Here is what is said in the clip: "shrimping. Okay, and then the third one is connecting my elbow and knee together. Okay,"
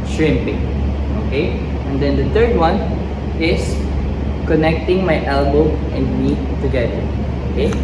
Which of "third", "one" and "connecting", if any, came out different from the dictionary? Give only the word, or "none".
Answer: third